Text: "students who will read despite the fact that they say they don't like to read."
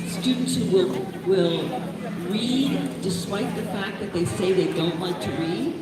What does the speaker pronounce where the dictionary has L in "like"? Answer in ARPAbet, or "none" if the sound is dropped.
W